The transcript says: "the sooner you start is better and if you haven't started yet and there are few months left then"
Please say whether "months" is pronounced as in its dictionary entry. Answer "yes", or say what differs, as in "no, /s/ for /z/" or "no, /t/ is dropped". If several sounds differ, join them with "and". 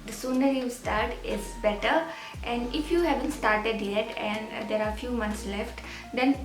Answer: no, /t/ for /θ/